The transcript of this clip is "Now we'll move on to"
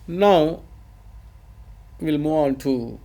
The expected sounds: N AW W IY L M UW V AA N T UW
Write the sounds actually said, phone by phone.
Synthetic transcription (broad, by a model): N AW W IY L M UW AA N T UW